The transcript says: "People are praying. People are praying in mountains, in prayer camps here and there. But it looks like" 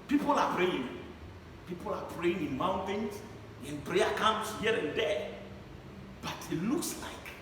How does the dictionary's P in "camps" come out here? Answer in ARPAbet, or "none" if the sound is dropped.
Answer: none